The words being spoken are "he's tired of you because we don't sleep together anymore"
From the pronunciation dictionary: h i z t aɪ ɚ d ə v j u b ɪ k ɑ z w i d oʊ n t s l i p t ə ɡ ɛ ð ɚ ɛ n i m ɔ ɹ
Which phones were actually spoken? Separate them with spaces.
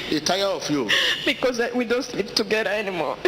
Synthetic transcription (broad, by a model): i t aɪ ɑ ə f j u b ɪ k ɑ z w i d oʊ n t s l i p t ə ɡ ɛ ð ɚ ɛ n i m ɔ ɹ